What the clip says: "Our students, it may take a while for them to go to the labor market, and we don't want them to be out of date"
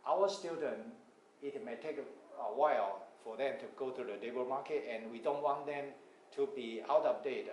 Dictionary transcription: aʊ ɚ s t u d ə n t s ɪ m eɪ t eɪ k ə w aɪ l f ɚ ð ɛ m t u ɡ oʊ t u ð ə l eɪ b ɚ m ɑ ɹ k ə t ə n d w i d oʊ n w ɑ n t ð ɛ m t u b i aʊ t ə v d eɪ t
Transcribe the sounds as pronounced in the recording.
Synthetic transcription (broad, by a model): aʊ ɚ s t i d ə n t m ɪ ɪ t eɪ k ə w aɪ l f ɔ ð ɛ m t u ɡ oʊ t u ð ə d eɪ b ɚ m ɑ k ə t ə n w i d oʊ n w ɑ n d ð ɛ m t u b i aʊ t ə p d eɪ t